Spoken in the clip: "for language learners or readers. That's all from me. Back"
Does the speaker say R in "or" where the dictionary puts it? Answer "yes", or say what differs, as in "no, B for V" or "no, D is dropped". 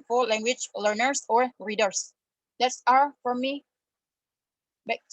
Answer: yes